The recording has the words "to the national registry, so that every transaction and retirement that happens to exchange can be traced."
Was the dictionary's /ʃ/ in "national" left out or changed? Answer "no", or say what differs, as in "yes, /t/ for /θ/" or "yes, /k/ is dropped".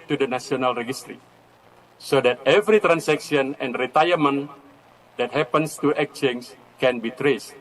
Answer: yes, /s/ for /ʃ/